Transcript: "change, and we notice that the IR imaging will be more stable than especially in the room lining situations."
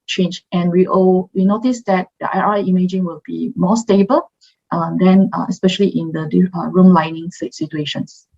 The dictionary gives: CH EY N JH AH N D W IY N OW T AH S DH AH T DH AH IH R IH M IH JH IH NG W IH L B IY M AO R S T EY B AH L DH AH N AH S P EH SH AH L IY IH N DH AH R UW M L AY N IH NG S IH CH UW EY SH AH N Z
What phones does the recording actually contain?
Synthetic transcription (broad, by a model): CH EY N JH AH N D W IY N OW T AH S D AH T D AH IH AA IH M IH JH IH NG W IH L B IY M AO S T EY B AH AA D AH N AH S P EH SH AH L IY IH N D AH R UW M L AY N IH NG S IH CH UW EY SH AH N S